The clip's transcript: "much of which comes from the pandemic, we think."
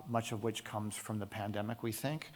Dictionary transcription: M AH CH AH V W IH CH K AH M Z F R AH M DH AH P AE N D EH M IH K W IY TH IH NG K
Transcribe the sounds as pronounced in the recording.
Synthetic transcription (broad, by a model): M AH CH AH V W IH CH K AH M Z F R AH M DH AH P AE N D EH M IH K W IY TH IH NG K